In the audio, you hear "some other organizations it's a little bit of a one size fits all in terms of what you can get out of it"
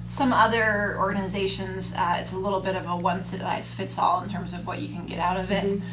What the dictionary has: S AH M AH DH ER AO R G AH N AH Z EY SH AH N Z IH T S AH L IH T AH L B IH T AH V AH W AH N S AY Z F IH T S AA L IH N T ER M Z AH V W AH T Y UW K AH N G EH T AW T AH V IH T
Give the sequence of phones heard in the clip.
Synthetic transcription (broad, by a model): S AH M AH DH ER AO R G AH N AH Z EY SH AH N Z IH T S AH L IH T L B IH T AH V AH W AH N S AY S F IH T S AA L IH N T ER M Z AH V W AH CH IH K AH N G EH T AW T AH V IH T